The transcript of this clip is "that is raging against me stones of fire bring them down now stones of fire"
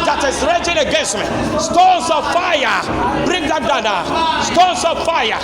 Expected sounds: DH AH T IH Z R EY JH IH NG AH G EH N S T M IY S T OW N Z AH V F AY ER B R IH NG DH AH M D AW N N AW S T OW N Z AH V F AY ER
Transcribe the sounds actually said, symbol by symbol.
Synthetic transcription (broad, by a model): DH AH T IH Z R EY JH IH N AH G EH N S T M IY S T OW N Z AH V F AY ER B R IH NG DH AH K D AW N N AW S T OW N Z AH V F AY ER